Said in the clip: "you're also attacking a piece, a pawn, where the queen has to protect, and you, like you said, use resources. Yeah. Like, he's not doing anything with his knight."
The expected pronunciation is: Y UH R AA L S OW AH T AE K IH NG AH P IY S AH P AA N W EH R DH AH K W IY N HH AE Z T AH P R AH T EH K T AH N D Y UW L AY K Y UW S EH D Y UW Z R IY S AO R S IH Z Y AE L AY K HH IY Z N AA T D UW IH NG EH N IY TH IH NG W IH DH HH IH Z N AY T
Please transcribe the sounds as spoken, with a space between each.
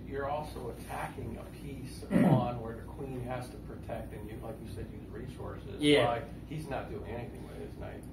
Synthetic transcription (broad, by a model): Y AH R AA L S OW AH T AE K IH NG AH P IY S AH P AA N W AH R DH AH K W IY N HH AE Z T AH P R AH T EH K T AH N Y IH L AY K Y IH S EH D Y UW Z R IY S AO R S IH Z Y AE L AY K HH IY Z N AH T D UW IH NG EH N IY TH IH NG W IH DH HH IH Z N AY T